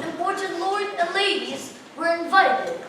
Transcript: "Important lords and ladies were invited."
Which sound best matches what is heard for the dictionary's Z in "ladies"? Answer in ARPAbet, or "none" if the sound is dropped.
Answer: Z